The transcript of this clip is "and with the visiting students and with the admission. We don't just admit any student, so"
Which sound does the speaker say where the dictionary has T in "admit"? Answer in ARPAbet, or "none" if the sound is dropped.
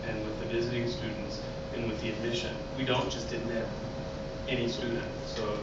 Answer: none